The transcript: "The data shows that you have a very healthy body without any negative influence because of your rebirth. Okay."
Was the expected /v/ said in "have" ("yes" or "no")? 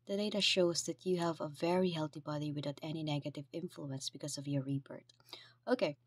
yes